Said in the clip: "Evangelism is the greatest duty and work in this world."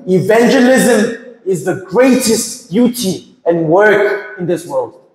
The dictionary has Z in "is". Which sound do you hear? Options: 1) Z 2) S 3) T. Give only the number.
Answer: 1